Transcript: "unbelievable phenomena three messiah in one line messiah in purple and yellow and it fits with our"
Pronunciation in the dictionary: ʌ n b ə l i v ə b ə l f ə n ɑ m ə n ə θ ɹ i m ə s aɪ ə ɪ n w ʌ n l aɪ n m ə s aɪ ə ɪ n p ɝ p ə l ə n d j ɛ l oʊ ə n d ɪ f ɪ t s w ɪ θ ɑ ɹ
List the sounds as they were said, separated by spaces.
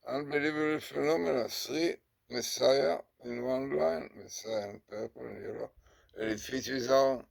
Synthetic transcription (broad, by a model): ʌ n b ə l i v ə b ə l f ə n ɑ m ə n ə s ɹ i m ə s aɪ ə ɪ n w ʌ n l aɪ n m ə s aɪ ə ɪ n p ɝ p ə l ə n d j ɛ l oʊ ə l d ɪ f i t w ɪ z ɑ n